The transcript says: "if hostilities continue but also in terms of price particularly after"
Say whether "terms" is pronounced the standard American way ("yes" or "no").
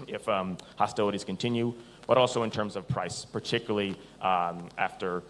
yes